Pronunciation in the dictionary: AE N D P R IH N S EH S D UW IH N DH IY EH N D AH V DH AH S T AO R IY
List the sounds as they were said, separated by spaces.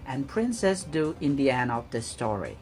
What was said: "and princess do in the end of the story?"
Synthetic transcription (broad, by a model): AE N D P R IH N S EH S D UW IH N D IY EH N AH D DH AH S T AO R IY